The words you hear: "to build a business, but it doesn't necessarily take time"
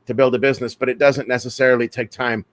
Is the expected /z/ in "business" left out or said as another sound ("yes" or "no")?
no